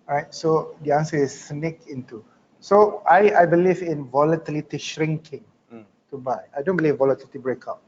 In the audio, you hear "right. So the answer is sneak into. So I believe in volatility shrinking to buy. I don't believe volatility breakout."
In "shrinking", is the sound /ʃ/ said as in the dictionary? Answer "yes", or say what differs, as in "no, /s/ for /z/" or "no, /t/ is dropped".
yes